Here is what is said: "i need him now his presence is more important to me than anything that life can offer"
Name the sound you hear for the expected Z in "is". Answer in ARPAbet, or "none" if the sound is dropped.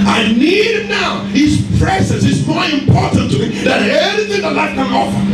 S